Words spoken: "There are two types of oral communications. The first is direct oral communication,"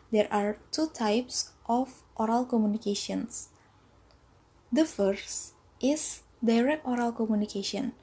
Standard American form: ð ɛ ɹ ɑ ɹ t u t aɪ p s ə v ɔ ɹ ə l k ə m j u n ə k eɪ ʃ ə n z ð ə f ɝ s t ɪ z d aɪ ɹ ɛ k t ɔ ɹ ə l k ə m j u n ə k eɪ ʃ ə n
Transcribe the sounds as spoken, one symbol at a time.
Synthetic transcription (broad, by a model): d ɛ ɹ ɑ ɹ t u t aɪ p s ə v ɔ ɹ ə l k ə m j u n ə k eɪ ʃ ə n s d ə f ɝ s t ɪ s d aɪ ɹ ɛ k t ɔ ɹ ə l k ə m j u n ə k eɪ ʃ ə n